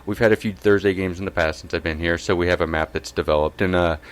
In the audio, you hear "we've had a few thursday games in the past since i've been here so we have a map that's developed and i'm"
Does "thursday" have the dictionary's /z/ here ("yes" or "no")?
yes